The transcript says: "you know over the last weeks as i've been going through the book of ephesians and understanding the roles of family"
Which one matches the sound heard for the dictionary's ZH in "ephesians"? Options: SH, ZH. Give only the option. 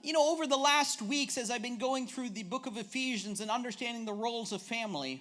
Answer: ZH